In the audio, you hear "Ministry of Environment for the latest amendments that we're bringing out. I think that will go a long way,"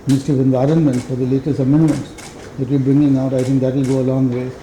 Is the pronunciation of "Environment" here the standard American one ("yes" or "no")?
yes